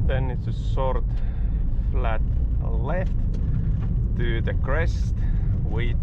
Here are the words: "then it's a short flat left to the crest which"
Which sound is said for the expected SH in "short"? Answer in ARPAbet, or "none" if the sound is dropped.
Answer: S